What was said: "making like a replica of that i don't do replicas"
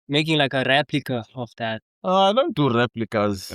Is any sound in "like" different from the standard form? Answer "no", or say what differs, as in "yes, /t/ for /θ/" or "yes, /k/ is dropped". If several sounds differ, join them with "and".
no